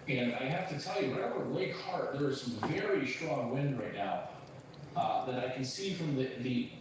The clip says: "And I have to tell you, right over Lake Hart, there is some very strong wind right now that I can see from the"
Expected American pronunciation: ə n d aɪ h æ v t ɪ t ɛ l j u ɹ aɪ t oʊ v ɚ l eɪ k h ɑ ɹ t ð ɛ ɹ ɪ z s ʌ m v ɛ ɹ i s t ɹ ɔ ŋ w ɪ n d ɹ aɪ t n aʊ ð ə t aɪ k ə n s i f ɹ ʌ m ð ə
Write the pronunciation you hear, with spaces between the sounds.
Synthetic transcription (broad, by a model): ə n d aɪ h æ f t ɪ t ɛ l j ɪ w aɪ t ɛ v ɚ l eɪ k h ɑ ɹ t ð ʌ ɹ ɪ z s ʌ m v ɛ ɹ i s t ɹ ɔ ŋ w ɪ n d ɹ aɪ t n aʊ ð ə t aɪ k n s i f ɹ ʌ m ð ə